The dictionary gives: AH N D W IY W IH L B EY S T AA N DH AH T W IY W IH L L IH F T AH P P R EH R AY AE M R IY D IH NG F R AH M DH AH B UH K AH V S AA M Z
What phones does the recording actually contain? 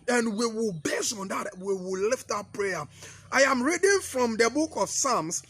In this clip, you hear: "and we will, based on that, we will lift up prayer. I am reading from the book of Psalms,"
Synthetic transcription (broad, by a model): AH N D W IY W IH L B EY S AA N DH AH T W IY W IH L L IH F T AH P P R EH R AY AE M R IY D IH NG F R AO M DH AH B UH K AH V S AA M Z